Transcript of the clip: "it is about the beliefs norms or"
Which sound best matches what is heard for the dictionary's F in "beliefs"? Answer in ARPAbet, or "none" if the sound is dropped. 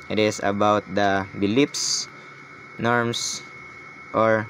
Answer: P